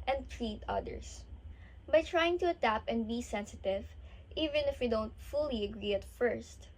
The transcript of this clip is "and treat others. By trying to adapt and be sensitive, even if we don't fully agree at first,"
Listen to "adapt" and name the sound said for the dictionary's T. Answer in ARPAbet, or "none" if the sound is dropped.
none